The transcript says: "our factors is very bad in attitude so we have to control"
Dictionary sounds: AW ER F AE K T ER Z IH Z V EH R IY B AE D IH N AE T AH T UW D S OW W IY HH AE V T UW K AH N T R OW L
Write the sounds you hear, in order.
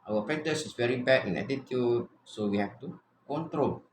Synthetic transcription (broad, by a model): AW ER P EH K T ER S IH S V EH R IY B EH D IH N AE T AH T UW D S OW W IY HH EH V T UW K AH N T R OW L